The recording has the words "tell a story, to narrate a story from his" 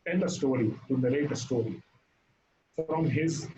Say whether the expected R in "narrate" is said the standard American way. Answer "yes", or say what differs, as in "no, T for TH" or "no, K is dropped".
no, L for R